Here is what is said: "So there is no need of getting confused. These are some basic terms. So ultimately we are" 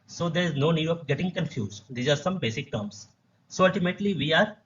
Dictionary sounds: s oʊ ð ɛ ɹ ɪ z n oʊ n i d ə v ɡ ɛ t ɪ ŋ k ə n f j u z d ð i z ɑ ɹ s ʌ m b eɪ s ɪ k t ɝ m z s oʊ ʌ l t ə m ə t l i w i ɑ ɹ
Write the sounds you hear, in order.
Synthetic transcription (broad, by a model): s oʊ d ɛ ɹ ɪ z n oʊ n i d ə p ɡ ɛ t ɪ ŋ k ə n f j u z d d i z ɑ ɹ s ʌ m b eɪ s ɪ k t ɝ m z s oʊ ʌ l t ə m ə t l i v i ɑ ɹ